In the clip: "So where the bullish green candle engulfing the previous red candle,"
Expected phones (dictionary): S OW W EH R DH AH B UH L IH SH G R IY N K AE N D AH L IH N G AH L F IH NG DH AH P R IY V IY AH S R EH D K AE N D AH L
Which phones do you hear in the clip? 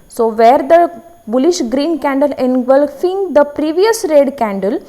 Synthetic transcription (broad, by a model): S OW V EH R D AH B UH L IH SH G R IY N K AE N D AH L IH N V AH L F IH NG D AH P R IY V IY AH S R EH D K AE N D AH L